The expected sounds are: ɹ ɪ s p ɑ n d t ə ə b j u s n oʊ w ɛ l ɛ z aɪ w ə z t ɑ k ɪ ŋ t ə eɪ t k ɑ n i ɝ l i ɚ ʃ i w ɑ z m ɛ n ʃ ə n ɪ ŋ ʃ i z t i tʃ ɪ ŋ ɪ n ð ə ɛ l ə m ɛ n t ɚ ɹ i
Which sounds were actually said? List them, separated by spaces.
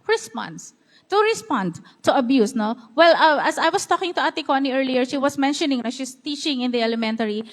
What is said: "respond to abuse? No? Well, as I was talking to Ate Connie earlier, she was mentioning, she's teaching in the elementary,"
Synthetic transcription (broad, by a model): ɹ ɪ s p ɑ n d t ə ə b j u s n oʊ w ɛ l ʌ s aɪ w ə s t ɑ k ɪ ŋ t ə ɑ t k ɑ n i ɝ l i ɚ ʃ i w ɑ s m ɛ n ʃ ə n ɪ ŋ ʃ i s t i tʃ ɪ ŋ ɪ n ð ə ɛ l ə m ɛ n t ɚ ɹ i